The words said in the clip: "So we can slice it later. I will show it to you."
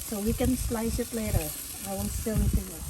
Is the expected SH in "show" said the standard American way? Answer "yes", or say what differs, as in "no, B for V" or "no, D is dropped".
no, S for SH